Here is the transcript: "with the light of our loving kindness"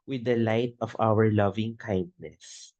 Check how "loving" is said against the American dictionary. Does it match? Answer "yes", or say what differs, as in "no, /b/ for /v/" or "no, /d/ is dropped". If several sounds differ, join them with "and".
yes